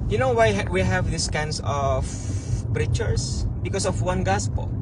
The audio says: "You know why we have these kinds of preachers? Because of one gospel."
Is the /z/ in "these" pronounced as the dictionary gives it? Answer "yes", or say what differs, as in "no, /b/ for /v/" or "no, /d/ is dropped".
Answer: no, /s/ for /z/